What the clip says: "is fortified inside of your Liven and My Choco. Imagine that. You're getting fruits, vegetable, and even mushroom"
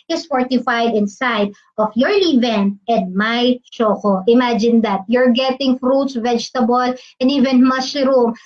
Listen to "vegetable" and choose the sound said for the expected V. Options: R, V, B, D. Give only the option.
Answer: V